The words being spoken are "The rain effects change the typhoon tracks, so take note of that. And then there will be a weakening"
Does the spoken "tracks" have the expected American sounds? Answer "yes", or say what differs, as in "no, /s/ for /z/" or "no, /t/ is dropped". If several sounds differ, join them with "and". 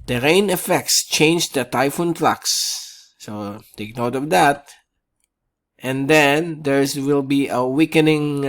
no, /l/ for /ɹ/